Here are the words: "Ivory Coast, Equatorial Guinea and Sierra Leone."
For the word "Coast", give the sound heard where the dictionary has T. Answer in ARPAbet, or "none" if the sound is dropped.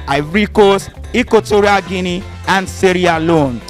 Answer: none